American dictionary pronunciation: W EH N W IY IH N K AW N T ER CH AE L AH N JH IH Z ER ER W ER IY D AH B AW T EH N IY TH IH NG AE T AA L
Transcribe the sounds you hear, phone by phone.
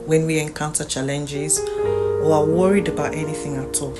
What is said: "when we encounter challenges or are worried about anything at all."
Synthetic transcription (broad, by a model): W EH N W IY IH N K AW N T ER CH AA L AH N JH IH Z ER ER W ER IY D AH B AW T EH N IY TH IH NG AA T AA L